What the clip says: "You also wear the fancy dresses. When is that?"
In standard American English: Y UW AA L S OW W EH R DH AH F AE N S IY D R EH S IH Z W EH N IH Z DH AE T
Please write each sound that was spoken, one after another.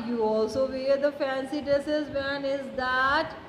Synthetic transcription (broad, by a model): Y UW AA L S OW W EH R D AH F AE N S IY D EH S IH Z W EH N IH Z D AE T